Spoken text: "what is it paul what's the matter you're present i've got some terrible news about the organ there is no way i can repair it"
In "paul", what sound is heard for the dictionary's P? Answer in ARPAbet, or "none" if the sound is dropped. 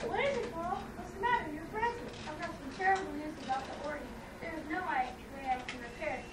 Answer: F